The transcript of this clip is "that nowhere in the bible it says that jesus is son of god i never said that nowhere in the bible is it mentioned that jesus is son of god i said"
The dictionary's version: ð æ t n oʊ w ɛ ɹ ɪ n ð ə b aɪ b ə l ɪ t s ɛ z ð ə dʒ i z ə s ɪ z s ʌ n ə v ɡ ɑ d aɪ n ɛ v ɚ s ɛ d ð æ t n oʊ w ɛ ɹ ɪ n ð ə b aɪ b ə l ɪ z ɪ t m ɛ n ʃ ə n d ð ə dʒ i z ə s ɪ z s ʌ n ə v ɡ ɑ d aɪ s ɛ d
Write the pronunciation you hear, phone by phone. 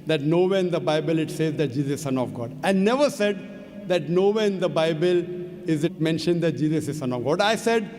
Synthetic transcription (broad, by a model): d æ t n oʊ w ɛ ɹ ɪ n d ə b aɪ b ə l ɪ t s ɛ z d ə dʒ i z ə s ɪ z s ʌ n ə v ɡ ɑ d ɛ n ɛ v ɚ s ɛ d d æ t n oʊ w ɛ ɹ ɪ n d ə b aɪ b ə l ɪ z ɪ t m ɛ n ʃ ə n d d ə dʒ i z ə s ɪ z s ʌ n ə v ɡ ɑ d aɪ s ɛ d